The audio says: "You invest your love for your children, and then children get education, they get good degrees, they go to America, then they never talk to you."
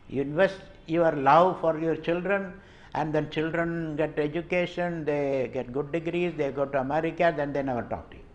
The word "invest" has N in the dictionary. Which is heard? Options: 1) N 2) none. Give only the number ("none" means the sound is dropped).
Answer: 2